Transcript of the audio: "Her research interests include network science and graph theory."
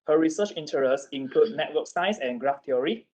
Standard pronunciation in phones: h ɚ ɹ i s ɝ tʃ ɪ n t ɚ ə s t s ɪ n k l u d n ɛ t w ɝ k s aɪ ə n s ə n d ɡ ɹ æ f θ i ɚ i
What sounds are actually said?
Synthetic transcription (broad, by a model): h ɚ ɹ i s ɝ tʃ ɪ n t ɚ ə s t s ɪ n k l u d n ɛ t w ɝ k s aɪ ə s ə n ɡ ɹ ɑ f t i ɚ i